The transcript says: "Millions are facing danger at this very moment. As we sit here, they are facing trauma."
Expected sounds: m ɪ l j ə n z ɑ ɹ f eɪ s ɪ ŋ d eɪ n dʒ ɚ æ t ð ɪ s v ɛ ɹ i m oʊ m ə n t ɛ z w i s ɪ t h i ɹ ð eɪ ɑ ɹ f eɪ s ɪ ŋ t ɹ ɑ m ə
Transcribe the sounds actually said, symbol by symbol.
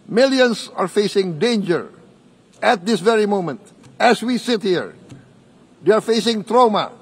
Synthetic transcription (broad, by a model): m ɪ l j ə n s ɑ ɹ f eɪ s ɪ ŋ d eɪ n dʒ ɚ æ t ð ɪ s v ɛ ɹ i m oʊ m ə n t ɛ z w i s ɪ t h i ɹ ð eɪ ɑ ɹ f eɪ s ɪ ŋ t ɹ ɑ m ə